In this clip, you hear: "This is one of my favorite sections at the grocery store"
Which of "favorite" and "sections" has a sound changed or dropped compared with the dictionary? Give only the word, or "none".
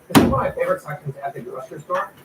sections